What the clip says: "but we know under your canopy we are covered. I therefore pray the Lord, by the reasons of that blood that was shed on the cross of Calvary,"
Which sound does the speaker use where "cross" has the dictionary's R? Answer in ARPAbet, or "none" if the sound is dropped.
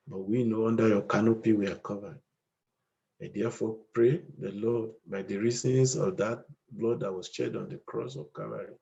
R